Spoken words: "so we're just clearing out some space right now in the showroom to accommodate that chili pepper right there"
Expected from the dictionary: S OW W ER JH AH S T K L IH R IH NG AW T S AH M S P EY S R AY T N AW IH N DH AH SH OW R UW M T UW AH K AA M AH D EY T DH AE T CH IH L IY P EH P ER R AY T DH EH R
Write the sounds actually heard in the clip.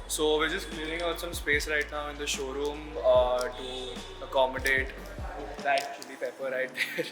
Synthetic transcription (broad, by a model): S OW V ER JH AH S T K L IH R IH NG AW T S AH M S P EY S R AY T N AW IH N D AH SH OW R UW M T UW AH K AA M AH D EY T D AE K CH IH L IY P EH P ER R AY T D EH R